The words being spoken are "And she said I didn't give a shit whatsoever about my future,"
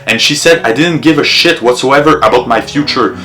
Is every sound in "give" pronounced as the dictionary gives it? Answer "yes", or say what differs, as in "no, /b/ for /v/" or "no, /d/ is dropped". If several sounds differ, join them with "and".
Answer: yes